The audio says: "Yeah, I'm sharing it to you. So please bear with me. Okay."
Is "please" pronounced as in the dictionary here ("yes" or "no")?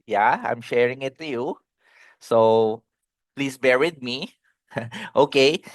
no